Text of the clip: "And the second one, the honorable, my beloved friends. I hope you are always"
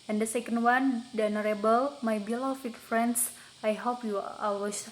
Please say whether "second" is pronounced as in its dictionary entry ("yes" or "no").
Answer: yes